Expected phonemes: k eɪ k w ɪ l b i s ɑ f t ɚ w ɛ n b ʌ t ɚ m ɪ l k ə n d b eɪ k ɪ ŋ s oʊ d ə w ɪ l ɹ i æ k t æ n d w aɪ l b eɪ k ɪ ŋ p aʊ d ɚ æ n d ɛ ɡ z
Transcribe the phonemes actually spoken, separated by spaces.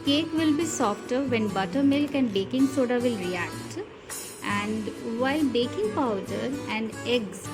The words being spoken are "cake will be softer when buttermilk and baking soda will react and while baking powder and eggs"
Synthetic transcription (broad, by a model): k eɪ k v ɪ l b i s ɑ f t ɚ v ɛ n b ʌ t ɚ m ɪ l k ə n d b eɪ k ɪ ŋ s oʊ d ə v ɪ l ɹ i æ k t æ n d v aɪ l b eɪ k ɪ ŋ p aʊ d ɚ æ n d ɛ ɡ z